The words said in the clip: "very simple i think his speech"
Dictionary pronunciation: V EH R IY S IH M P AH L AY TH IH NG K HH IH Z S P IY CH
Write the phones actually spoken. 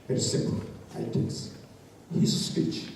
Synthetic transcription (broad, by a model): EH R S IH M P AH L AY T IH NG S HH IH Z S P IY CH